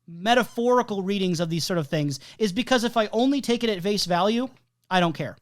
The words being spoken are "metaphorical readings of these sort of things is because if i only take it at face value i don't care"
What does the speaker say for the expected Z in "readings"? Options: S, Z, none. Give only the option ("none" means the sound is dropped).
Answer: Z